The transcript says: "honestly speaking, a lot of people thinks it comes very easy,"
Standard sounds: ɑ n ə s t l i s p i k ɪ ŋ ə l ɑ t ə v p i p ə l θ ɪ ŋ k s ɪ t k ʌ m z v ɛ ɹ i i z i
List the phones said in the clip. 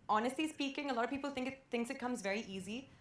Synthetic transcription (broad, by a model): ɑ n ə s t l i s p i k ɪ ŋ ə l ɑ t ə v p i p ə l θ ɪ ŋ k s ɪ t k ʌ m z v ɛ ɹ i i z i